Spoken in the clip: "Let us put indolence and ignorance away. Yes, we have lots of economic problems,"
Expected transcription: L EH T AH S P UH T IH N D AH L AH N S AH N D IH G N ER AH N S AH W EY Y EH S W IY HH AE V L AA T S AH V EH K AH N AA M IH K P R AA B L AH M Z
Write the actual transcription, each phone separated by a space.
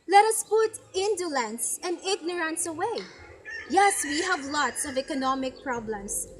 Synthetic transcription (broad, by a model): L EH T AH S P UH T IH N D AH L AH N S AH N D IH G N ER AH N S AH W EY Y EH S W IY HH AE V L AA T S AH V EH K AH N AA M IH K P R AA B L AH M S